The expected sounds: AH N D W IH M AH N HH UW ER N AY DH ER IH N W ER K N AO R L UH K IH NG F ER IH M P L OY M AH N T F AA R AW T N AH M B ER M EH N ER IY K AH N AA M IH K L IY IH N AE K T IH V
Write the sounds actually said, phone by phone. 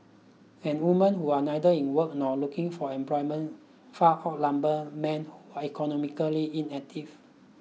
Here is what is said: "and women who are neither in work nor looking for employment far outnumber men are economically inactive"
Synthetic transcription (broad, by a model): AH N W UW M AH N HH UW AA N AY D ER IH N W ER K N AO L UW K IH NG F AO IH M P L OY M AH N F AA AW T L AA M B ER M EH N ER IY K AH N AA M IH K L IY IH N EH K T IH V